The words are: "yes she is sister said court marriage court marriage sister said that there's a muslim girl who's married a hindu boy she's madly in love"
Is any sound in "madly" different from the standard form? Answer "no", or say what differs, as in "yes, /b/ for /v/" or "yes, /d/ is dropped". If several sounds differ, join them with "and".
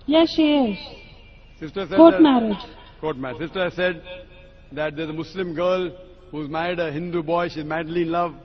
no